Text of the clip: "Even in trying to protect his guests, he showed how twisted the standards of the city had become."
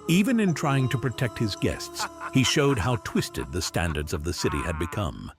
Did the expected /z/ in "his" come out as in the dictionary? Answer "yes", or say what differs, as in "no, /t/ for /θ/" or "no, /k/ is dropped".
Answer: yes